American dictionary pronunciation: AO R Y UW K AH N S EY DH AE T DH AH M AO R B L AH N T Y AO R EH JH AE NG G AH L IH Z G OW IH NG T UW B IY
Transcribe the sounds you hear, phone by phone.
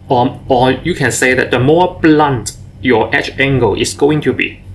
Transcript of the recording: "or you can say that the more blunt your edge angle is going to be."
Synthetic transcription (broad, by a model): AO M Y UW K AH N S EY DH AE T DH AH M AO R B L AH N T Y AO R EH CH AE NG G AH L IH S G OW IH NG T UW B IY